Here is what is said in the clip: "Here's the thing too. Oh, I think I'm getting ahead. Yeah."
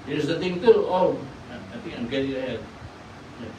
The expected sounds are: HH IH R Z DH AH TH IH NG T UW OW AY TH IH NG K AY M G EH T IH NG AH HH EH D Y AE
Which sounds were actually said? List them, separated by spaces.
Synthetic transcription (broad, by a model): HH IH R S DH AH T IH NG T UW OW AY T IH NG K AY M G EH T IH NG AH HH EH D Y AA